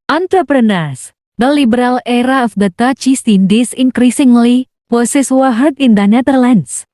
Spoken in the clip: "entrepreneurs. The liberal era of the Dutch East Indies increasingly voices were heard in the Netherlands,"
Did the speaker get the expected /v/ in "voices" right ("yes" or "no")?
no